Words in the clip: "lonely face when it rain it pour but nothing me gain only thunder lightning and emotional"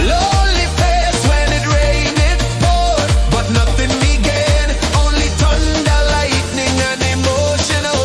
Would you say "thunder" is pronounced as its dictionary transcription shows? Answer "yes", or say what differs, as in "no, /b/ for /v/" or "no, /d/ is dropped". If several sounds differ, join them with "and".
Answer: no, /t/ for /θ/